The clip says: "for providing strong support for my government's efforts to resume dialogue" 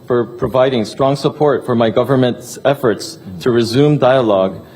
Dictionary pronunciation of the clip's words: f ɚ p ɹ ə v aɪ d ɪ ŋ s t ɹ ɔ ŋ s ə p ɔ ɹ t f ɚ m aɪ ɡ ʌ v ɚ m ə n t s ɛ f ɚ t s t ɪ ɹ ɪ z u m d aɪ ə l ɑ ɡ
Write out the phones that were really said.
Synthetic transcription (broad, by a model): f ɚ p ɹ ə v aɪ d ɪ ŋ s t ɹ ɔ ŋ s ə p ɔ ɹ t f ɚ m aɪ ɡ ʌ v ɚ m ə n t s ɛ f ɚ t s t ɪ ɹ ɪ z u m d aɪ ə l ɑ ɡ